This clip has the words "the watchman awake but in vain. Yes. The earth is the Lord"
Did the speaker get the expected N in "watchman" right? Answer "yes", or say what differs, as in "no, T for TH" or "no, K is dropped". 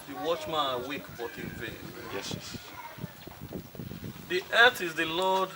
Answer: no, N is dropped